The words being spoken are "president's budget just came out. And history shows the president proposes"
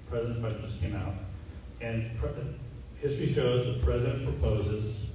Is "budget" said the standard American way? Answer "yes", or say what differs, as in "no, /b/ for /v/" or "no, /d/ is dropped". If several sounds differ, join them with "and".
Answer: no, /dʒ/ is dropped